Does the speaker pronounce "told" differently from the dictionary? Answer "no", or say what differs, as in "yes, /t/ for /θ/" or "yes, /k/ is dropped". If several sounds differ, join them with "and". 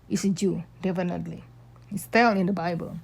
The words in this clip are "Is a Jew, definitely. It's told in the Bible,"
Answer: yes, /d/ is dropped